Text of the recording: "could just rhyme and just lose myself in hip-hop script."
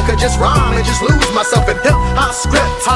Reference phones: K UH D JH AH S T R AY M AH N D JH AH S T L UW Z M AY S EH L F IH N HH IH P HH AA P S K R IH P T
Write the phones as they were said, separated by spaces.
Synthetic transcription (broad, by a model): K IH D JH AH S T R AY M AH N JH AH S T L UW Z M AY S EH L F IH N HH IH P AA S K R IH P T